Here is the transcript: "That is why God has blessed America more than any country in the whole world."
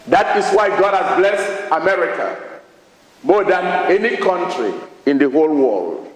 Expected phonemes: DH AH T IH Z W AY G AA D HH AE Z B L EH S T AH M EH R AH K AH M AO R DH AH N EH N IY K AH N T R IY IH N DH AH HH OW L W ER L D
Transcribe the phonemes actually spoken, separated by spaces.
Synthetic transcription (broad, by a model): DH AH T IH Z W AY G AA D HH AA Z B L EH S T AH M EH R AH K AH M AO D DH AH N EH N IY K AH N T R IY IH N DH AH HH OW L W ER L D